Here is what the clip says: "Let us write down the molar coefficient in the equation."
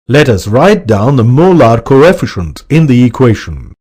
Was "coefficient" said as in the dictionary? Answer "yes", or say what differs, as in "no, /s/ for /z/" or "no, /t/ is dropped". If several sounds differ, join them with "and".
yes